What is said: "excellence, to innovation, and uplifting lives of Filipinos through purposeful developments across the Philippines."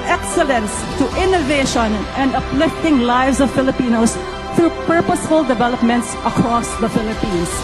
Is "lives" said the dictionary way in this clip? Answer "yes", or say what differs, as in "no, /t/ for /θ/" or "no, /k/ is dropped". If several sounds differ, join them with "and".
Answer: yes